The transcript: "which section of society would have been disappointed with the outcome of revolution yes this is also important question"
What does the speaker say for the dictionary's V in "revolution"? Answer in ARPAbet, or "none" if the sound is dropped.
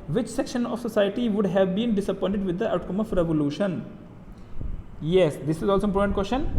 V